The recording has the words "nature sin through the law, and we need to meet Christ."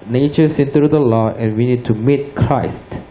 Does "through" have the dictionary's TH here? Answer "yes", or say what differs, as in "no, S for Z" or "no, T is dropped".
no, T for TH